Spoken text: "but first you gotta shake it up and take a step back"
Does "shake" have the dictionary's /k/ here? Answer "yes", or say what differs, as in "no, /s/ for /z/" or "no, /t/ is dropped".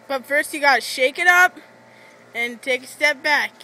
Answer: yes